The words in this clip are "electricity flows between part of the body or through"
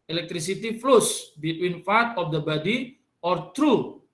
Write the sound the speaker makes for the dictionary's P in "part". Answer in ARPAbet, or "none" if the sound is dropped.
F